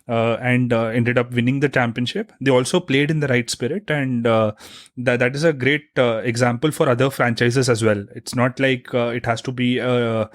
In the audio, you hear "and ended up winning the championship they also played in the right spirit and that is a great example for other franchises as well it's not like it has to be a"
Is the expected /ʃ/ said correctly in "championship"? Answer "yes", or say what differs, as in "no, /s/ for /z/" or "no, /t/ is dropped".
yes